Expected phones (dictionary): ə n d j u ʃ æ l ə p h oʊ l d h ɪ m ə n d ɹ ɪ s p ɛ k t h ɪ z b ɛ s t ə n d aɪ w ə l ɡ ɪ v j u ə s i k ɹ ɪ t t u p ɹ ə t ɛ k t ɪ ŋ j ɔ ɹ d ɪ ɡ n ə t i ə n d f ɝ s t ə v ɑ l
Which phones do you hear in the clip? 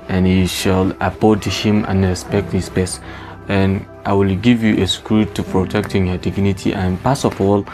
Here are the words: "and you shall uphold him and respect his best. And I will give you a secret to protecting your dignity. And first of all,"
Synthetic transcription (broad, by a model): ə n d j u ʃ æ l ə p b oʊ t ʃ h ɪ m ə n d ɹ ɪ s p ɛ k t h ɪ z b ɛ s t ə n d aɪ w ə l ɡ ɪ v j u ə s k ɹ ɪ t t u p ɹ ə t ɛ k t ɪ ŋ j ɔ d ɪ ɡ n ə t i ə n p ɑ s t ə f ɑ l